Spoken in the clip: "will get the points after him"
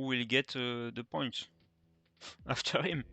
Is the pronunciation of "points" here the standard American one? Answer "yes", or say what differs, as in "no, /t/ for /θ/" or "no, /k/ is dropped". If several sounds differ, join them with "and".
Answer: no, /s/ is dropped